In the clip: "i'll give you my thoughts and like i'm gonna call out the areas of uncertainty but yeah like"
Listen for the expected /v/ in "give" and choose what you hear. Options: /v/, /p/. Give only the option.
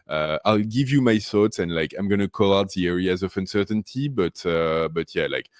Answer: /v/